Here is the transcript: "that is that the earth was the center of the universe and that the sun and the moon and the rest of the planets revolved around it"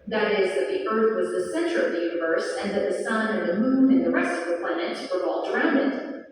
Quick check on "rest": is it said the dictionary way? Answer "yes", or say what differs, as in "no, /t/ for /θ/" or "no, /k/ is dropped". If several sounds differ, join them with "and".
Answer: yes